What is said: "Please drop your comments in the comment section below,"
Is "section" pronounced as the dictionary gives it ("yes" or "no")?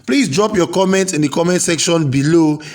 yes